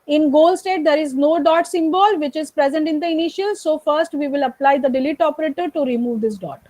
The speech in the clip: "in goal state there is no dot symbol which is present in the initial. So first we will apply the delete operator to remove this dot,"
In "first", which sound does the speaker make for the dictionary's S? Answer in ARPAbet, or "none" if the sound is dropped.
S